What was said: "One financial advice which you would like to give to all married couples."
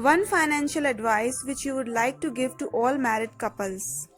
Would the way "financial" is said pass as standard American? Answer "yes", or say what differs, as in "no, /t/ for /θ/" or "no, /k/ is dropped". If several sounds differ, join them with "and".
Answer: yes